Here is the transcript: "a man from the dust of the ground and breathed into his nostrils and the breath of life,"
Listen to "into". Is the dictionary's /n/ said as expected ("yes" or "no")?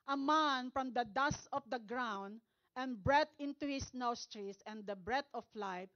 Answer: yes